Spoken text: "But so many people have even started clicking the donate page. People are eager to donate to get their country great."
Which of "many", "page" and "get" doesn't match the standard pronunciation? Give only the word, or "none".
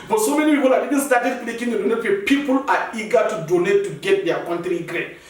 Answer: page